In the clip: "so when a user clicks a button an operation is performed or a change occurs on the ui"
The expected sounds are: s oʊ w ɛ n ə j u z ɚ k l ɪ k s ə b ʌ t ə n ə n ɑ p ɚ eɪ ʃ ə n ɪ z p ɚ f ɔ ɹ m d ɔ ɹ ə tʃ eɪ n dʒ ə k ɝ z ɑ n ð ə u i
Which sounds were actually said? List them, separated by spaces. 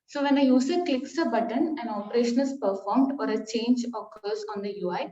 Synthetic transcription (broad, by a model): s oʊ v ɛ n ə j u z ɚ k l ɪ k s ə b ʌ t ə n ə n ɑ p ɚ eɪ ʃ ə n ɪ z p ɚ f ɔ ɹ m d ɔ ɹ ə tʃ eɪ n dʒ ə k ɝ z ɑ n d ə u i